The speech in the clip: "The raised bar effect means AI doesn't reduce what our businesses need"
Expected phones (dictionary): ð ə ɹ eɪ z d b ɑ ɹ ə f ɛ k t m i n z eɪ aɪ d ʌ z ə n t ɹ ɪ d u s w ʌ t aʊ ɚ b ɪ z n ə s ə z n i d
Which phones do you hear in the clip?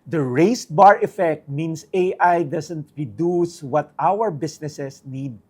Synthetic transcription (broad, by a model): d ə ɹ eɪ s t b ɑ ɹ ə f ɛ k t m i n s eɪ aɪ d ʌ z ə n t ɹ ɪ d u s w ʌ t aʊ ɚ b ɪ s n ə s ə s n i d